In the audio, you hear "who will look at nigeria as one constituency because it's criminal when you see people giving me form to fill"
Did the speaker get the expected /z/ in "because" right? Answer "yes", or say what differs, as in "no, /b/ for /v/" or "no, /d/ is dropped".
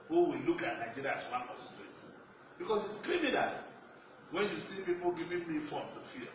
no, /s/ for /z/